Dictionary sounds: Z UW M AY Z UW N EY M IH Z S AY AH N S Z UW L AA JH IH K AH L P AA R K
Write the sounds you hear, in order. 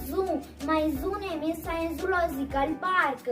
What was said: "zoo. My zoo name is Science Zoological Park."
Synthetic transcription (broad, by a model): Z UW M AY Z UW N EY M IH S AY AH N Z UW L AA Z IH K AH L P AA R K